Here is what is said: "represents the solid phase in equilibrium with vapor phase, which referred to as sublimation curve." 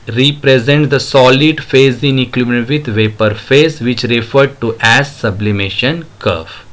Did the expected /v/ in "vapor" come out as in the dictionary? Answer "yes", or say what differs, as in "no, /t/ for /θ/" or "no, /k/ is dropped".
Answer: yes